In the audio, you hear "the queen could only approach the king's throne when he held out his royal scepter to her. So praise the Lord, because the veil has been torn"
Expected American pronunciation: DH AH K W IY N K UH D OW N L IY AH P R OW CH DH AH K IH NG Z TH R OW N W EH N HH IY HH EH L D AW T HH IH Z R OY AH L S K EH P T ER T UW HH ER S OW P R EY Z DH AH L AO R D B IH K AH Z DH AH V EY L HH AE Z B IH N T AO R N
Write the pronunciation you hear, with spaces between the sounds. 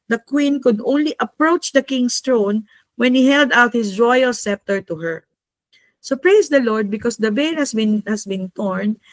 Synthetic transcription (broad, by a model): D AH K W IY N K UH D OW N L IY AH P R OW CH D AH K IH NG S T R OW N W EH N HH IY HH EH L D AW T HH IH S R OY AH L S EH P T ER T UW HH ER S OW P R EY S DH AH L AO R D B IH K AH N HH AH B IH N HH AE S B IH N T AO R N